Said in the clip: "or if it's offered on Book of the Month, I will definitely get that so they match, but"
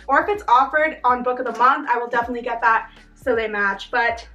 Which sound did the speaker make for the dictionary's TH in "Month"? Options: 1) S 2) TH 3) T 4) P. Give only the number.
2